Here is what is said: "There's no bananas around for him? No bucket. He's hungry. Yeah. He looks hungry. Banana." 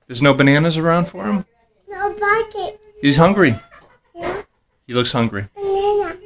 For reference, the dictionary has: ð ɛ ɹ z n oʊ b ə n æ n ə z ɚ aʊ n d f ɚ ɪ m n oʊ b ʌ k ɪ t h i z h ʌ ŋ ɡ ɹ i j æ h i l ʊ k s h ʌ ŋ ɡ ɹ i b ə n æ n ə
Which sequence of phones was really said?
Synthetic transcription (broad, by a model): ð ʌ ɹ z n oʊ b ə n æ n ə z ɚ aʊ n d f ɚ ɪ m n oʊ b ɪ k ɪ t h i z h ʌ ŋ ɡ ɹ i j æ h i l ʊ k s h ʌ ŋ ɡ ɹ i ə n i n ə